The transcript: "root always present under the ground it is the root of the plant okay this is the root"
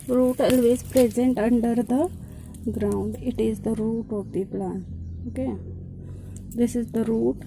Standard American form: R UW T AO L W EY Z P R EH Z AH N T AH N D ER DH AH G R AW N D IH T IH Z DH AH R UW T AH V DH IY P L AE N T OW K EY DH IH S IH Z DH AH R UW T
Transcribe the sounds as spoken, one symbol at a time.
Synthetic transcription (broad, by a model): R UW T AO L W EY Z P R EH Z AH N T AH N D ER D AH G R AW N D IH T IH Z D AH R UW T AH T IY P L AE N OW K EY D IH S IH Z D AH R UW T